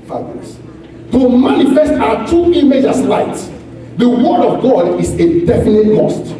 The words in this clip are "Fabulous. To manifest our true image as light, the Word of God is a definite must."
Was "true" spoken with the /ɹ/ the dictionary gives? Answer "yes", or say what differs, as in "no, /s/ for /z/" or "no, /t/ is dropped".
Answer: no, /ɹ/ is dropped